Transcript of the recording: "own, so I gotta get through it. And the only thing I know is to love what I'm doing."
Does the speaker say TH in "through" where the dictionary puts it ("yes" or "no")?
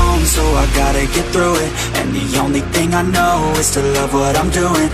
yes